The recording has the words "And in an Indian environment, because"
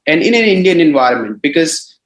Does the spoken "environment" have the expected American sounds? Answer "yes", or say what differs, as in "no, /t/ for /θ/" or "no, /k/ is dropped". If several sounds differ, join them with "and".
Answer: yes